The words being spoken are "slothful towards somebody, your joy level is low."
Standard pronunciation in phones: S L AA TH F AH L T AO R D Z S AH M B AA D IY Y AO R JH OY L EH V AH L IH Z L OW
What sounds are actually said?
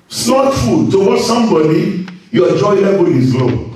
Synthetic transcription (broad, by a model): S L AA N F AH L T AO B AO S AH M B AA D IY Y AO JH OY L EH B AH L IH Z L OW